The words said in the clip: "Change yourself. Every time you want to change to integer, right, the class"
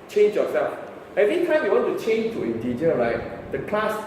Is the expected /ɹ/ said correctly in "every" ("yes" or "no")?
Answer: no